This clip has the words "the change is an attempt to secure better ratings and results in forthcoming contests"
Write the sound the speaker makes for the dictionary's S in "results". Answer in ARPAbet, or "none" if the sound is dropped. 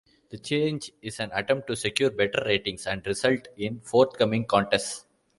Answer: none